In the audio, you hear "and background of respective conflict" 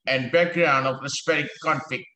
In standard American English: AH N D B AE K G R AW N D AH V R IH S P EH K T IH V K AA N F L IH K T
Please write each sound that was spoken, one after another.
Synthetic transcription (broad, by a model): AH N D B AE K G R AW N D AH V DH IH S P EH T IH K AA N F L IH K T